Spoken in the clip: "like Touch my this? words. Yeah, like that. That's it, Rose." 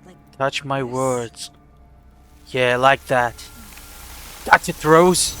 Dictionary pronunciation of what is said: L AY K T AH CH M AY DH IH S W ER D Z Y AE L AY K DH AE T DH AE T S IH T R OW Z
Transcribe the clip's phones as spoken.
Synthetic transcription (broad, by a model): T AH CH M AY IH W ER D Z Y AE L AY K DH AE T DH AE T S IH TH R OW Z